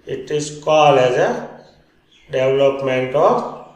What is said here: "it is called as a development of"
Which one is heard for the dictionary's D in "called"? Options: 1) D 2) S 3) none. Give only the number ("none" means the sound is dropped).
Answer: 3